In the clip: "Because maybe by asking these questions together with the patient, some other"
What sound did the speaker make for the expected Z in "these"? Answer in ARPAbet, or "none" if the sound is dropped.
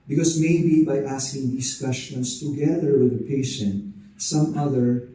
S